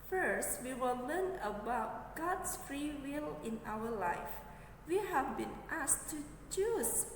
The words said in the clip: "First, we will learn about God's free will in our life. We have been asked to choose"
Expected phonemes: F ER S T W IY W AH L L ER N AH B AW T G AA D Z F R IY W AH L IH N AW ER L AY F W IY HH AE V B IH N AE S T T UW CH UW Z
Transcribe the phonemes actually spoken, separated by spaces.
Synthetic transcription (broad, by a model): F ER S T W IY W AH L L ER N AH B AW T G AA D S F R IY W AH L IH N AW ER L AY F W IY HH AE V B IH N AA S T T UW CH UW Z